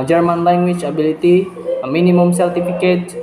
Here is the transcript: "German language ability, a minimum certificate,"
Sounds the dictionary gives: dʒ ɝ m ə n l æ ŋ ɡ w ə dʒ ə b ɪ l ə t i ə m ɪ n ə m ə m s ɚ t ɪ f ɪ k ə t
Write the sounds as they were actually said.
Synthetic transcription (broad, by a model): dʒ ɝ m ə n l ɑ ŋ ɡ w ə tʃ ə b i l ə t i m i n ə m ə m s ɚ t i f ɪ k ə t